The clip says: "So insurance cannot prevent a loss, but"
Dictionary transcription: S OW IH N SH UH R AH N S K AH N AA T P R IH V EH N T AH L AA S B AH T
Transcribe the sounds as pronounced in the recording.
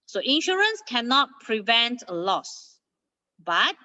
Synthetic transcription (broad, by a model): S OW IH N SH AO R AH N S K AH N AA T P R IH V EH N T AH L AA S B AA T